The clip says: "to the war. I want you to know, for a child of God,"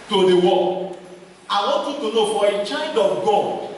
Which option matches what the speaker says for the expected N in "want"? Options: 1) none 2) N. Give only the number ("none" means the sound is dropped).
1